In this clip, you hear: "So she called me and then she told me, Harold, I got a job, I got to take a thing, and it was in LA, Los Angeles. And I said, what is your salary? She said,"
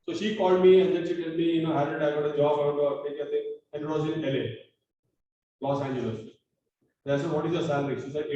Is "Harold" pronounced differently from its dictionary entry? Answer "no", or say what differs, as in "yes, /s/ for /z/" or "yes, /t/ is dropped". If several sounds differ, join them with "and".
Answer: yes, /l/ is dropped